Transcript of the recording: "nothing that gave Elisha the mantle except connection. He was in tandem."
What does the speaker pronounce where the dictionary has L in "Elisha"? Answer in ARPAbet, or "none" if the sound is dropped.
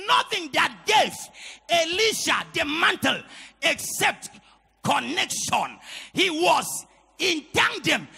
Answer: L